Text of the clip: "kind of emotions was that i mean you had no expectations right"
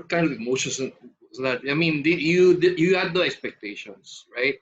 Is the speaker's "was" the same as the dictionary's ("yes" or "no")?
no